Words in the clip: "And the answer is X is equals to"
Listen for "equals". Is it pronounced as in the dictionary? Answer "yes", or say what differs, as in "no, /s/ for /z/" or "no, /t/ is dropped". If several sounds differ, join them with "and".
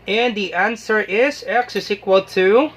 no, /z/ is dropped